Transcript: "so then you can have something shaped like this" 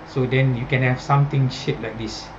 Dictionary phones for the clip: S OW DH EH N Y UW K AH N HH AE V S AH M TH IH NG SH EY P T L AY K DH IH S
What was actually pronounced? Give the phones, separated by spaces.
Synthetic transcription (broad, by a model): S OW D EH N Y UW K AH N HH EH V S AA M T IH NG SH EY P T L AY K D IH S